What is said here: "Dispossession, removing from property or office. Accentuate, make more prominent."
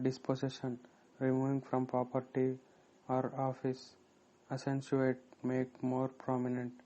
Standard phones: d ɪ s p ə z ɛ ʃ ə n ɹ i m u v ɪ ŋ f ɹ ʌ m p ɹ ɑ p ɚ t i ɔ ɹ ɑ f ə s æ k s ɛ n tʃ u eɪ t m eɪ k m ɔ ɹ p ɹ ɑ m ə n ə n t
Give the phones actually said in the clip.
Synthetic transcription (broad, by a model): d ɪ s p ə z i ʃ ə n ɹ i m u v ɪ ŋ f ɹ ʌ m p ɹ ɑ p ɚ t i ɔ ɹ ɑ f ə s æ s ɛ n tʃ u eɪ t m eɪ k m ɔ ɹ p ɹ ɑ m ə n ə n t